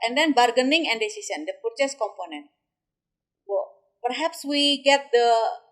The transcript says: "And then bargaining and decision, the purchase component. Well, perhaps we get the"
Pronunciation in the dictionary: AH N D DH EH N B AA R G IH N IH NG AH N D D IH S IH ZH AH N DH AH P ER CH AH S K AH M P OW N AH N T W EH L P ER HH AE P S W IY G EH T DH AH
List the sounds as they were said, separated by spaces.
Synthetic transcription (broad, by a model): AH N D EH N B AA R G IH N IH NG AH N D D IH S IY S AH N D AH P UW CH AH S K AH M P OW N AH N T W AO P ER HH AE P S W IY G EH T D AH